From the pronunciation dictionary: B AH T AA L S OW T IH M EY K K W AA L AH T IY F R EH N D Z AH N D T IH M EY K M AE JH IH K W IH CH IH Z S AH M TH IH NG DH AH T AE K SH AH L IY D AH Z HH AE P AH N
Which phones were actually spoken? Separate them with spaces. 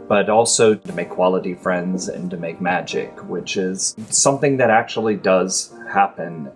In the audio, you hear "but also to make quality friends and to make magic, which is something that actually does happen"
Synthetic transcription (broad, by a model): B AH T AA L S OW T IH M EY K K W AA L AH T IY F R EH N D Z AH N T IH M EY K M AE JH IH K W IH CH IH Z S AH M TH IH NG DH AH T AE K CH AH L IY D AH Z HH AE P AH N